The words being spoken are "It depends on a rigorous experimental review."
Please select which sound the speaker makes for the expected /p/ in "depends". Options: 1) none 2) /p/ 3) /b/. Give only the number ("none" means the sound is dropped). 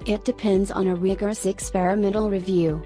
2